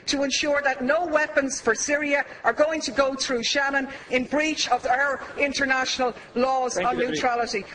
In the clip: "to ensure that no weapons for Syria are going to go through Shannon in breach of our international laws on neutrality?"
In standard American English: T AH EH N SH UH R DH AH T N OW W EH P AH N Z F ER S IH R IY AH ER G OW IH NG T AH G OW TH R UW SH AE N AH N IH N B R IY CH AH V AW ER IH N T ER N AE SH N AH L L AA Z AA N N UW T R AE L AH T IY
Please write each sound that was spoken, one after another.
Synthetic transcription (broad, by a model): T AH EH N SH UH R DH AH T N OW W EH P AH N Z F ER S IH R IY AH ER G OW IH NG T AH G OW TH R UW SH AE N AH N IH N B R IY CH AH V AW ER IH N T ER N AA SH N AH L L AA Z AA N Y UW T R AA L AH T IY